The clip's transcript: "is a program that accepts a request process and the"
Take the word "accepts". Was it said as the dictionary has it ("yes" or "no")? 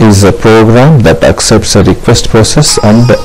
yes